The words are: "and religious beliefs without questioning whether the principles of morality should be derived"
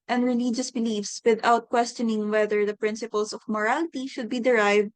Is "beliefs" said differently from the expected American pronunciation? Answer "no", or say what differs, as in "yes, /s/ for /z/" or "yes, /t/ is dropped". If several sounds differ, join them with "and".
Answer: no